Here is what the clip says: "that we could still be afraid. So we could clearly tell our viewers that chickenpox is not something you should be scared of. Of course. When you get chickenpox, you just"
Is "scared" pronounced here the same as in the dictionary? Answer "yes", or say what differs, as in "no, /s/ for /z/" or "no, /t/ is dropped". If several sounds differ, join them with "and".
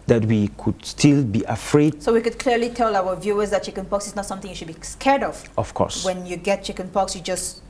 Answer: yes